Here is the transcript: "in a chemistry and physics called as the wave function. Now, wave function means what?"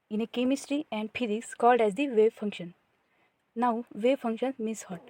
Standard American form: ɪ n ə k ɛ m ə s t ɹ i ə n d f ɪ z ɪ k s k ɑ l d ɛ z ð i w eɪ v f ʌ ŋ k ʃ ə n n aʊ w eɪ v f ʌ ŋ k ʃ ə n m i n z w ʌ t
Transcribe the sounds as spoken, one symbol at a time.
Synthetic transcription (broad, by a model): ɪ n ə k ɛ m ə s t ɹ i ə n d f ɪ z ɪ k s k ɑ l d ɛ z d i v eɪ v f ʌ ŋ k ʃ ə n n aʊ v eɪ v f ʌ ŋ k ʃ ə n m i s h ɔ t